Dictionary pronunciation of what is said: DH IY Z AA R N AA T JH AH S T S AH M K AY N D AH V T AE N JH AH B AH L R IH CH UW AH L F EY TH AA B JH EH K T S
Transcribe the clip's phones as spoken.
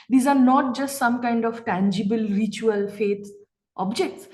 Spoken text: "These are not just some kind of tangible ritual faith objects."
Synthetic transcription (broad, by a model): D IY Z AA R N AA T JH AH S T S AH M K AY N D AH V T AE N JH AH B AH L R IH CH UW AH L F EY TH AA B JH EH K T S